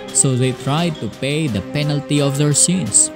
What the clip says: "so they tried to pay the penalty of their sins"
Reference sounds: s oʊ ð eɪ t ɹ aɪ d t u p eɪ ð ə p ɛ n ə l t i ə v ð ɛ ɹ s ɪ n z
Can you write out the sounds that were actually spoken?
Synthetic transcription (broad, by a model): s oʊ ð eɪ t ɹ aɪ d t u p eɪ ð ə p ɛ n ə l t i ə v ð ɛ ɹ s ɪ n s